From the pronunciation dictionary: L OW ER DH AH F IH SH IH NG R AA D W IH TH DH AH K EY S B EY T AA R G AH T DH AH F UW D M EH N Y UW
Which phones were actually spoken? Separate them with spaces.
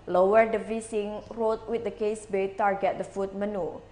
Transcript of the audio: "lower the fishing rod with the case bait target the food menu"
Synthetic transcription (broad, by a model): L OW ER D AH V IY S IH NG R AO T W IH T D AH K EY S B EY T AA R G AH T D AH F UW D M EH N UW